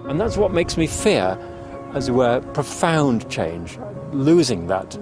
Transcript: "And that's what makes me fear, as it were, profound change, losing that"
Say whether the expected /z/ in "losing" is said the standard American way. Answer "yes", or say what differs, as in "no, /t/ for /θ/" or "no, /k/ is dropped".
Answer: yes